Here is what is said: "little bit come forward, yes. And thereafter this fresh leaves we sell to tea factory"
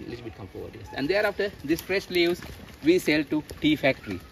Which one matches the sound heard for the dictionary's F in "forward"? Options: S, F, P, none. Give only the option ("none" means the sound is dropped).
P